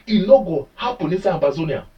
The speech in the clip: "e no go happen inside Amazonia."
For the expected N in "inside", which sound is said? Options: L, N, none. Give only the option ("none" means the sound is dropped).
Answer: none